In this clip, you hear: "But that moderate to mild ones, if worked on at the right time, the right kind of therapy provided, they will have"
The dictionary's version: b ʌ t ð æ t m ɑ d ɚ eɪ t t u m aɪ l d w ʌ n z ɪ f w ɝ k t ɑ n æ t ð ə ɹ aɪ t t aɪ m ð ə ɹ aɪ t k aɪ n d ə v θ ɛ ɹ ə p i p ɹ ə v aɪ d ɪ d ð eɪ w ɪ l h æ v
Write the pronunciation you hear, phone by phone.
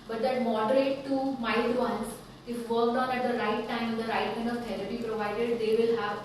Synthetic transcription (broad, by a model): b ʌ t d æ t m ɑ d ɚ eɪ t t u m aɪ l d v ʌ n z ɪ f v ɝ k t ɑ n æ t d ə ɹ aɪ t t aɪ m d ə ɹ aɪ t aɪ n ə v t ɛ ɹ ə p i p ɹ ə v aɪ d ɪ d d eɪ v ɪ l h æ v